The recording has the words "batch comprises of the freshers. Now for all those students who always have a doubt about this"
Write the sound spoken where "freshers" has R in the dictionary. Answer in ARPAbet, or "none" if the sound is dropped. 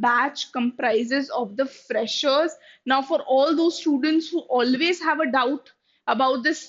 R